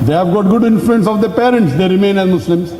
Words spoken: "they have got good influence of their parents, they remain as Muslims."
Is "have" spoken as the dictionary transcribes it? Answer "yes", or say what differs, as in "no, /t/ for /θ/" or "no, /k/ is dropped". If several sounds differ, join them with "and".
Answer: yes